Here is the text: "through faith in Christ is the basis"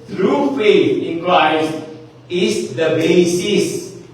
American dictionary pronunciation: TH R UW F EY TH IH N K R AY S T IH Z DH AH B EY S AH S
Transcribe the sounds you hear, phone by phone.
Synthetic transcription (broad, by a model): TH R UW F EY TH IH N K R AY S IH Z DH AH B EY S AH S